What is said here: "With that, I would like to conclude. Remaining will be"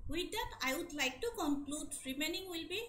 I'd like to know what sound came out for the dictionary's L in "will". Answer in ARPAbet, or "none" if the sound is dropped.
L